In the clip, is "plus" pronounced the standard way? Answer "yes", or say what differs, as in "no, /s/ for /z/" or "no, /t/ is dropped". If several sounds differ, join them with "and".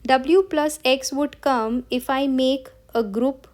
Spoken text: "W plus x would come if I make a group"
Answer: yes